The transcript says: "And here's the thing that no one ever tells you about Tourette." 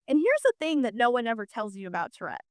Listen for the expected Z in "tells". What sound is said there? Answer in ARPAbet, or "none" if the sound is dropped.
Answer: Z